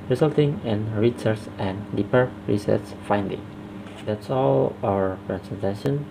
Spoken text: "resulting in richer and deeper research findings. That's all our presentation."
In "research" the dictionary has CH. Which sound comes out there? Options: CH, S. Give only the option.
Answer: S